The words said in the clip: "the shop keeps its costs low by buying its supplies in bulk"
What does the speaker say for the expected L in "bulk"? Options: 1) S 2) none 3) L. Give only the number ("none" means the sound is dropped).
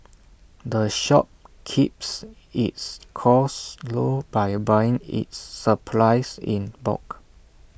2